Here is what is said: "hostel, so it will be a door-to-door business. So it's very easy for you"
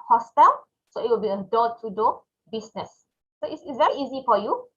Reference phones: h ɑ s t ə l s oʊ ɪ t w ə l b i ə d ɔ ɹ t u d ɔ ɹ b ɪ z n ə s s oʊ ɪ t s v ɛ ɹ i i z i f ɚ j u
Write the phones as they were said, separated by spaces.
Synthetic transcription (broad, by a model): h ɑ s t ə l s oʊ ɪ t w ə l b i ə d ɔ t u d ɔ b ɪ s n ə s s oʊ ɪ s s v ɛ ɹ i i z i f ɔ j u